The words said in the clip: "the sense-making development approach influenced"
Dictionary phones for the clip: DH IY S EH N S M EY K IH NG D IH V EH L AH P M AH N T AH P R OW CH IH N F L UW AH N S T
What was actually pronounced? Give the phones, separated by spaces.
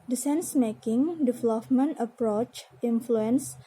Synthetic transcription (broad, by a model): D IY S EH N S M EY K IH NG D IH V L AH F M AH N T AH P R OW CH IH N F L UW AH N S